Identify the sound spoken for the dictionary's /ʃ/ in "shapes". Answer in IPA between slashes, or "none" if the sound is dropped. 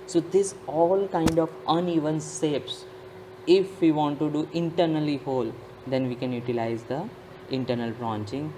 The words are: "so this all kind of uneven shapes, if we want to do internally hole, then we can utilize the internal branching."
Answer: /s/